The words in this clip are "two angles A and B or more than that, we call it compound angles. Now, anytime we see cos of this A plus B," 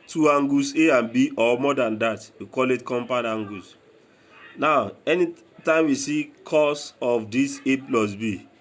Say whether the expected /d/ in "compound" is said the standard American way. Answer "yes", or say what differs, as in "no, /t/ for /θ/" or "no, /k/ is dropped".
no, /d/ is dropped